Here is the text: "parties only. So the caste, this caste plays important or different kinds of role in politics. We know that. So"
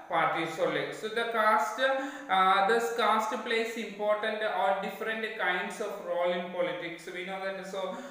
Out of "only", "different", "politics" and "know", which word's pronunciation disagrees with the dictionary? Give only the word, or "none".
only